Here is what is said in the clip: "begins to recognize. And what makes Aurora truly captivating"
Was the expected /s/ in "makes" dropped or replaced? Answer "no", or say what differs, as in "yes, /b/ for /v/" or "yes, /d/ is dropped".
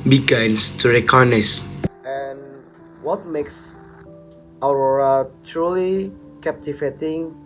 no